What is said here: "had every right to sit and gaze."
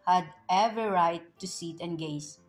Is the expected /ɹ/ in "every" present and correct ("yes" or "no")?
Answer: no